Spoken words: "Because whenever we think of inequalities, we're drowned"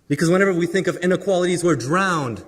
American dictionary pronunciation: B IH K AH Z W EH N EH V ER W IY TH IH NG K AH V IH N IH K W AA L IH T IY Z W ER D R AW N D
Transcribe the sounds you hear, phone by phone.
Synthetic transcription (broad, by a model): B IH K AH Z W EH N EH V ER W IY TH IH NG K AH V IH N IH K W AA L IH T IY Z W ER D R AW N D